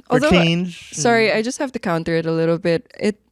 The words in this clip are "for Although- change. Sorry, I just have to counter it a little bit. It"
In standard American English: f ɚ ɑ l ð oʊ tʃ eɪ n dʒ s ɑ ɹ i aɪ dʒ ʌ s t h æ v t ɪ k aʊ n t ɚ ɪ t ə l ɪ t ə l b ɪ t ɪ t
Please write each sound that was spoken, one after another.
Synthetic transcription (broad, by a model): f ɑ l ð oʊ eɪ n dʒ s ɑ ɹ i aɪ dʒ ʌ s t h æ f t ɪ k aʊ n t ɚ ɪ t ə l ɪ t l b ɪ t ɪ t